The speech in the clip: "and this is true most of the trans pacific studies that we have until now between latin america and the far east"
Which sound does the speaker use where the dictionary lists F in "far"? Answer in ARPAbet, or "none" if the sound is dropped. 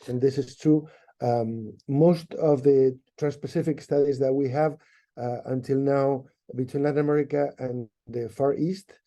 F